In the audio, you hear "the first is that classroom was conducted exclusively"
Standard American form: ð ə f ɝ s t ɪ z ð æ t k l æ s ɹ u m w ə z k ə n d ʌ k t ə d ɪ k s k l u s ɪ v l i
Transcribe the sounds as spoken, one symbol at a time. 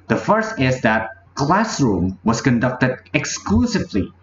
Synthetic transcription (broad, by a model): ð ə f ɝ s t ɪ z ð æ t k l æ s ɹ u m w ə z k ə n d ʌ k t ə d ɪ k s k l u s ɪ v l i